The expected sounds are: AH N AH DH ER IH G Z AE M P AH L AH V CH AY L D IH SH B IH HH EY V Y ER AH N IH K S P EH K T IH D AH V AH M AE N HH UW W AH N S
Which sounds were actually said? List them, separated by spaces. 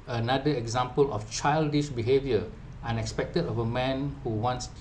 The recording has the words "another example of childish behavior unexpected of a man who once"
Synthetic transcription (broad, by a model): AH N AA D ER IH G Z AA M P AH L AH F CH AY L D IH SH B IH HH EY V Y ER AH N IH K S P EH K T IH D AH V AH M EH N HH UW W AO N S